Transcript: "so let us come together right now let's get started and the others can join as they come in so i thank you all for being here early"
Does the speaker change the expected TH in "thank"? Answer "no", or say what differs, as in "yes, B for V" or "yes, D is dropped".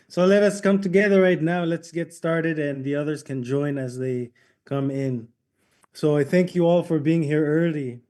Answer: no